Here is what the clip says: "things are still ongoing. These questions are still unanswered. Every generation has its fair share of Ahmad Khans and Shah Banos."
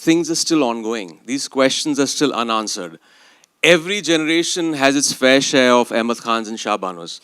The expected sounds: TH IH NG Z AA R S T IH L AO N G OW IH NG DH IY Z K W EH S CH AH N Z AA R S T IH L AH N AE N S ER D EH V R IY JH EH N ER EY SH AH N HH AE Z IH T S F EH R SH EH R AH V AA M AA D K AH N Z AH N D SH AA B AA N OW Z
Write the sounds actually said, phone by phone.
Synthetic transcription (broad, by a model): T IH NG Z AA R S T IH L AO N G OW IH NG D IY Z K W EH S CH AH N Z AA R S T IH L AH N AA N S ER D EH V R IY JH EH N ER EY SH AH N HH AE Z IH T S F EH R SH EH R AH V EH M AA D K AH N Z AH N SH AA B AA N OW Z